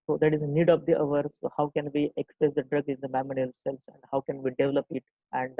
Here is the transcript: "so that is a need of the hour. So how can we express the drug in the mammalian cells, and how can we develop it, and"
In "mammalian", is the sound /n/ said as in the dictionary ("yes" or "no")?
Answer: no